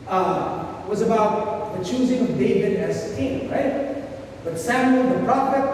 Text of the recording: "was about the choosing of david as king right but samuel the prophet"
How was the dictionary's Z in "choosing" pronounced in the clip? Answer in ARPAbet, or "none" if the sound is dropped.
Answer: Z